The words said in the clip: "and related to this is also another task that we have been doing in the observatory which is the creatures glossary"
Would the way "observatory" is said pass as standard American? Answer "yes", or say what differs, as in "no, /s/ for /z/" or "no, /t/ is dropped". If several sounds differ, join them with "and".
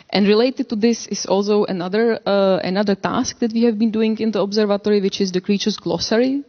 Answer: yes